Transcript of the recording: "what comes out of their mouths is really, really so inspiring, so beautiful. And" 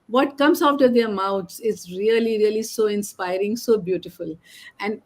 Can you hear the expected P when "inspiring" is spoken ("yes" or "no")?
yes